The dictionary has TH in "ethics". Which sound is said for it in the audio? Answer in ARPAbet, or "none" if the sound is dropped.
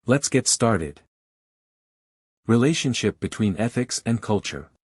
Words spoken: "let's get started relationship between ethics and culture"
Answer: TH